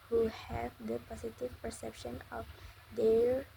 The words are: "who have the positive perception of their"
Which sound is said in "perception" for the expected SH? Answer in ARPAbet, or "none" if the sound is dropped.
SH